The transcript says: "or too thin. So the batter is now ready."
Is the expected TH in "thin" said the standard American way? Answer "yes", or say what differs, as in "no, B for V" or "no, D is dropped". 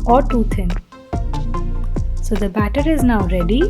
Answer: no, T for TH